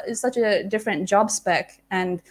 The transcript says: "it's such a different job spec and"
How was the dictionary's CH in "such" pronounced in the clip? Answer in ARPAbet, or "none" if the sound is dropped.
CH